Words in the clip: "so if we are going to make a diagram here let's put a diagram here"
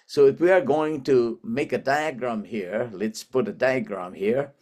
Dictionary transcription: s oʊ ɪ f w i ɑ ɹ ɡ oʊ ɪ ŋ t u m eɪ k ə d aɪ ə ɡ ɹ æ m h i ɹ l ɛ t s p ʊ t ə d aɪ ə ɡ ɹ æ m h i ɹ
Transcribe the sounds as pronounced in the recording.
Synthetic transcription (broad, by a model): s oʊ ɪ f w i ɑ ɹ ɡ oʊ ɪ ŋ t u m eɪ k ə d aɪ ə ɡ ɹ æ m h i ɹ l ɛ t s p ʊ t ə d aɪ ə ɡ ɹ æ m h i ɹ